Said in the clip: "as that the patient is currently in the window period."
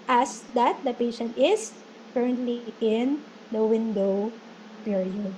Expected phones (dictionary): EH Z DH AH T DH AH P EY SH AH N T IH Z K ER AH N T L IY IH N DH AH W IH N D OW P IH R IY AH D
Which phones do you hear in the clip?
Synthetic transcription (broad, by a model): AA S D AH T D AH P EY SH AH N T IH S K ER AH N T L IY IH N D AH W IH N D OW P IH R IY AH D